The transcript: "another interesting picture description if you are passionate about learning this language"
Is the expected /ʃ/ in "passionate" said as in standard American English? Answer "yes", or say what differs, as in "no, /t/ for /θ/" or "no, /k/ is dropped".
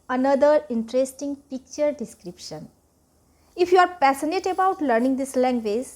no, /s/ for /ʃ/